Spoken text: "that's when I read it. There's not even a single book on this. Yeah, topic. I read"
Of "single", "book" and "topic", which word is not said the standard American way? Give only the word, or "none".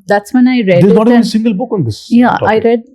topic